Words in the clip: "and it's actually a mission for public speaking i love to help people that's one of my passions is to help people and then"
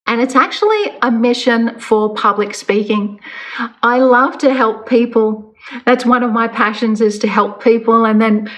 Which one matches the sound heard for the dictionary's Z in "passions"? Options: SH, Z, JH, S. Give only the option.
Z